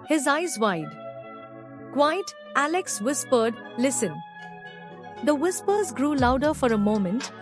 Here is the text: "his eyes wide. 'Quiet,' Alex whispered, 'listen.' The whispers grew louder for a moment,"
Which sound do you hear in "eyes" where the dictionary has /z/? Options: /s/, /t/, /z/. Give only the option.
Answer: /z/